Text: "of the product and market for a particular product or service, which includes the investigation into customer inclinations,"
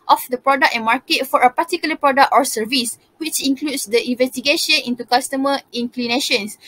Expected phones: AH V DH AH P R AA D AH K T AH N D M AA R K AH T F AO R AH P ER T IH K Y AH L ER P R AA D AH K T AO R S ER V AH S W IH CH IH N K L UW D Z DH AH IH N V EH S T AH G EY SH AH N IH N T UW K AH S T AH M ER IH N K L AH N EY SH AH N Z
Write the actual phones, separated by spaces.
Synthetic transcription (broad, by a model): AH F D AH P R AA D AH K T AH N M AA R K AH T F AO R AH P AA T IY K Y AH L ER P R AA D AH K T AO R S ER V AH S W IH CH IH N K L UW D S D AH IH N V EH S T AH G EY SH AH N IH N T UW K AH S T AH M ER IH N K L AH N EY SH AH N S